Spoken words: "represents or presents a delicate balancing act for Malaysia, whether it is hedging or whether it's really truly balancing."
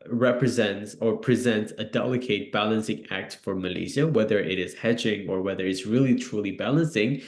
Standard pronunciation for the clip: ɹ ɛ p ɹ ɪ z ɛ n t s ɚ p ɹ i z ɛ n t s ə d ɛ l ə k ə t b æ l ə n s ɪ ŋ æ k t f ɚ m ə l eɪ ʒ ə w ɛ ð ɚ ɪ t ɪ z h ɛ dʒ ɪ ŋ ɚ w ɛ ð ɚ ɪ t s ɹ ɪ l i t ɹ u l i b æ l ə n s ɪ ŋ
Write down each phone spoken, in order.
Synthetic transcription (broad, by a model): ɹ ɛ p ɹ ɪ z ɛ n t s ɚ p ɹ i z ɛ n t s ə d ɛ l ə k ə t b æ l ə n s ɪ ŋ æ k t f ɚ m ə l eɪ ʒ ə w ɛ ð ɚ ɪ t ɪ z h ɛ dʒ ɪ ŋ ɚ w ɛ ð ɚ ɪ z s ɹ ɪ l i t ɹ u l i b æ l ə n s ɪ ŋ